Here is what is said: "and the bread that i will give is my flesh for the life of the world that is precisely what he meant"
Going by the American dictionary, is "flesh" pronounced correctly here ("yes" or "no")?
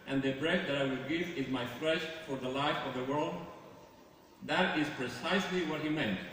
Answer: yes